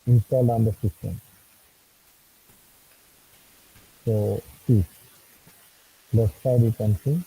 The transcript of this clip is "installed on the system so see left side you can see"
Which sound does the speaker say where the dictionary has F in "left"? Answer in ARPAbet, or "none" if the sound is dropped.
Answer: none